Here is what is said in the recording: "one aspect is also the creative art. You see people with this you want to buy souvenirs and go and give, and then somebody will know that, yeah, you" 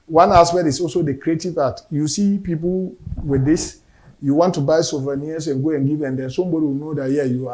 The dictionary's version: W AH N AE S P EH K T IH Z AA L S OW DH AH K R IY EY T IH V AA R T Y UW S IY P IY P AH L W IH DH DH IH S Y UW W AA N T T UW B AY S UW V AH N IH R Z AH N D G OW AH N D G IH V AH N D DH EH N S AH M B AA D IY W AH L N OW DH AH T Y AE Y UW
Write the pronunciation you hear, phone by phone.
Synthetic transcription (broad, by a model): W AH N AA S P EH T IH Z AA L S OW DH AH K R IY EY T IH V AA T Y UW S IY P IY P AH L W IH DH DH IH S Y UW W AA N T T UW B AY S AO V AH N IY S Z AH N G OW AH N G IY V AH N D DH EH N S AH M B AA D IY W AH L N OW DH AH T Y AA Y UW